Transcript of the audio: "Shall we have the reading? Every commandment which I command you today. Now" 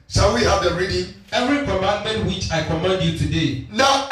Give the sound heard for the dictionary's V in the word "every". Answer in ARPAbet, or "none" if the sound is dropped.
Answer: V